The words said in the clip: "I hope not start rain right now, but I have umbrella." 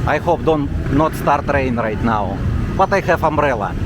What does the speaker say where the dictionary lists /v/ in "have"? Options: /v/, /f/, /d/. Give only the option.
/f/